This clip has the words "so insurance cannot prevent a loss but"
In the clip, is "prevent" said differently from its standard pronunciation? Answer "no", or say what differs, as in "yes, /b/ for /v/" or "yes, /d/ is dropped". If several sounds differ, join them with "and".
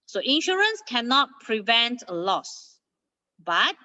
no